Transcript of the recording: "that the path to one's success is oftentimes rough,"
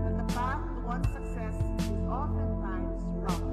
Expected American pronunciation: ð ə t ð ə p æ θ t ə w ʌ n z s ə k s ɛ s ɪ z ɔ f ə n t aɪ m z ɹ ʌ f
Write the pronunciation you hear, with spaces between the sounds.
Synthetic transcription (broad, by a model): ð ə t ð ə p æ s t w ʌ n s ə k s ɛ s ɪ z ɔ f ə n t aɪ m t ɹ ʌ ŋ